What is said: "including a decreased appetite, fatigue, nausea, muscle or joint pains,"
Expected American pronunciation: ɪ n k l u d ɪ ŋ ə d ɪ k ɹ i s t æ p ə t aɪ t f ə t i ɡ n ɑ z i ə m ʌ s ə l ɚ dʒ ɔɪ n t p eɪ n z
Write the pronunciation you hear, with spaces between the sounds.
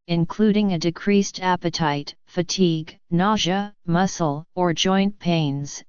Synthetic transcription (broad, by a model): ɪ n k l u d ɪ ŋ ə d ɪ k ɹ i s t æ p ə t aɪ t f ə t i ɡ n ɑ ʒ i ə m ʌ s l ɚ dʒ ɔɪ n p eɪ n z